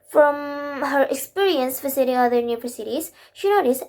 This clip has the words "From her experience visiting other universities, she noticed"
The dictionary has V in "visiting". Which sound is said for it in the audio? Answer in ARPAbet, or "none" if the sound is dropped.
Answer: F